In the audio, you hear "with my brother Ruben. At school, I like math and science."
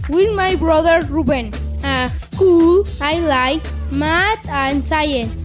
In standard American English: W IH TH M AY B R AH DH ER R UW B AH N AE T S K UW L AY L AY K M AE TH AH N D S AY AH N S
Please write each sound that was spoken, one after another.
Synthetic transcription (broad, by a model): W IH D M AY B R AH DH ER R UW B AH N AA S K UW L AY L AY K M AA T AH N D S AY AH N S